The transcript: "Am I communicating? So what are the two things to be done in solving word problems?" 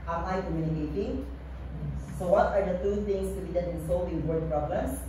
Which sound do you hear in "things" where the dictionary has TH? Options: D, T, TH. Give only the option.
T